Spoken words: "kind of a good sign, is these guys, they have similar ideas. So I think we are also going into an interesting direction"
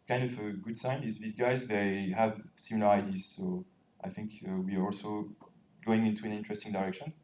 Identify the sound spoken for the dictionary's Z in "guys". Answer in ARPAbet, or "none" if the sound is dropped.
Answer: Z